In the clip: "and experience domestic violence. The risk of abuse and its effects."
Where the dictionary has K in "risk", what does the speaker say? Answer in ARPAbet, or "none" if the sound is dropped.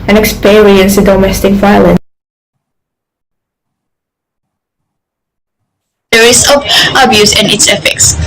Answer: none